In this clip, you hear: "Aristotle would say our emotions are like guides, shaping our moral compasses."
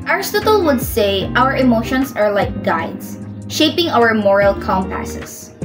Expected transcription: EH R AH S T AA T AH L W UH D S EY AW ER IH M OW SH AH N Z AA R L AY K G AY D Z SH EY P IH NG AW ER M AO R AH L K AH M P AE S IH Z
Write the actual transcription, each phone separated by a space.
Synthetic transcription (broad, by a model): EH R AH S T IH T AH L W UH D S EY AW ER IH M OW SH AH N S AA R L AY K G AY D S SH EY P IH NG AW ER M AO R AH L K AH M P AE S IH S